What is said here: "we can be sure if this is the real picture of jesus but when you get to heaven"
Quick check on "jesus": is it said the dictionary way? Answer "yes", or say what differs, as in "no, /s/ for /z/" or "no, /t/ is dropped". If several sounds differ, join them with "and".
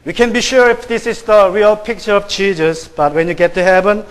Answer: no, /tʃ/ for /dʒ/